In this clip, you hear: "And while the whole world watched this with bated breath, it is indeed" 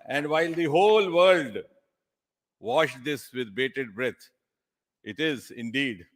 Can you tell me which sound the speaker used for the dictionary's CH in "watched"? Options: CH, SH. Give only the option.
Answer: SH